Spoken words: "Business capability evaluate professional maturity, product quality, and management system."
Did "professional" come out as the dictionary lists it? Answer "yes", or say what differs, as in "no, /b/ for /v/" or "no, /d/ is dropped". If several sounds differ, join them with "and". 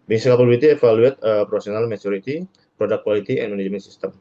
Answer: no, /s/ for /ʃ/